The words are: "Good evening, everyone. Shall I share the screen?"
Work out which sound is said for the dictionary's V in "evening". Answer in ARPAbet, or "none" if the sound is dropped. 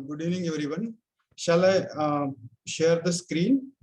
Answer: none